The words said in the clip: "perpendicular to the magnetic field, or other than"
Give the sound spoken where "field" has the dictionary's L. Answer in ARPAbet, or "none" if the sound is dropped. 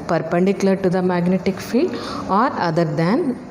L